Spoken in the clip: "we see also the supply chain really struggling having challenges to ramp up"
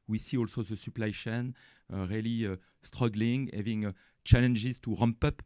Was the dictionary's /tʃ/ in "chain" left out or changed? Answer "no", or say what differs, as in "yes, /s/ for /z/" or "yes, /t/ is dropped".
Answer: yes, /ʃ/ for /tʃ/